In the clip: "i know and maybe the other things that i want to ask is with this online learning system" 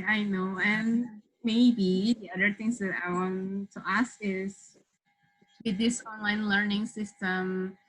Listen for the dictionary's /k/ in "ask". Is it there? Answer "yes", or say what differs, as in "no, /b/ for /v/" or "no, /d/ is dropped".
yes